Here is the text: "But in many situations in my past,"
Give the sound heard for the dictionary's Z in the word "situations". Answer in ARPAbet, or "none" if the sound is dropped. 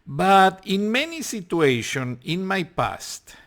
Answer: none